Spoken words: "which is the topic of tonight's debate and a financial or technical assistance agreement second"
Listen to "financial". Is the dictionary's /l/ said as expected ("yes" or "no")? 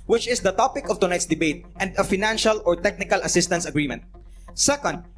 yes